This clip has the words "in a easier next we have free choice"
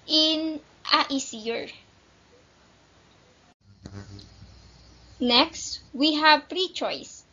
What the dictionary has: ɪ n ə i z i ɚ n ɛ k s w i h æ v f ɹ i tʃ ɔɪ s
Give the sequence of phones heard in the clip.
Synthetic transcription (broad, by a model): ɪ n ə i s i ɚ n ɛ k s w i h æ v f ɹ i tʃ ɔɪ s